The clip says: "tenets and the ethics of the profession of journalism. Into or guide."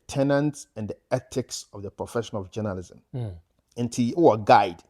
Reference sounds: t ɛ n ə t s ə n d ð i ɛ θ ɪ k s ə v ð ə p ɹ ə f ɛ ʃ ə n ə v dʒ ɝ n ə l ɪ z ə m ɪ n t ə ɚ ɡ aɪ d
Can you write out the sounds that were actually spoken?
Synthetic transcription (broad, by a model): t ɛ n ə t s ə n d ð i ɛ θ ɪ k s ə v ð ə p ɹ ə f ɛ ʃ ə n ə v dʒ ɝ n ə l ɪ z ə m ɪ n t ə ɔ ɡ aɪ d